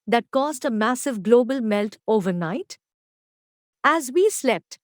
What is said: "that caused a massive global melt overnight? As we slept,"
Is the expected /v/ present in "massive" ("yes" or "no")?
yes